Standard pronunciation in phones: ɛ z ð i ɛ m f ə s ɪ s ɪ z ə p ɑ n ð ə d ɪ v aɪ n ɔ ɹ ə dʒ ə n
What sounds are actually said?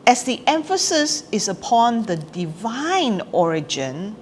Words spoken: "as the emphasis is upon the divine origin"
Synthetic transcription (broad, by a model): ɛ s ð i ɛ m f ə s ɪ s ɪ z ə p ɑ n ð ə d ɪ v aɪ n ɔ ɹ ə dʒ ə n